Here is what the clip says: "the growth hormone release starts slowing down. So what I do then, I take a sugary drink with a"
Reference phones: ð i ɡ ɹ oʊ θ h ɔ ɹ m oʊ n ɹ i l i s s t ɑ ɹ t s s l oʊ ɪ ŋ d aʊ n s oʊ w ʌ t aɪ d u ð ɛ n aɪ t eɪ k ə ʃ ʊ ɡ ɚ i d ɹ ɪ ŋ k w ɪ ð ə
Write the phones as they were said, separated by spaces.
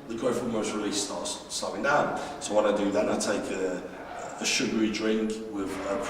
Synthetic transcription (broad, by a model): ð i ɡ oʊ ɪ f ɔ m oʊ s ɹ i l i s s t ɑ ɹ t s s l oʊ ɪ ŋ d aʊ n s oʊ w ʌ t aɪ d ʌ ð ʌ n aɪ t eɪ k ə ʃ ʊ ɡ ɚ i d ɹ ɪ ŋ k w ɪ ð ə